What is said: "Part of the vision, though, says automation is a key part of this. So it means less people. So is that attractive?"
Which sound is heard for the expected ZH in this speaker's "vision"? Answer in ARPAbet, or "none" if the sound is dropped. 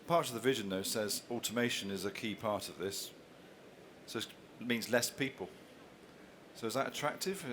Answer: ZH